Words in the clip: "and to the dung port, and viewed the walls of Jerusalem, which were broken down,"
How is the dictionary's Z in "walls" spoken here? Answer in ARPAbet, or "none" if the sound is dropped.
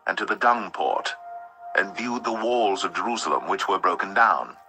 Z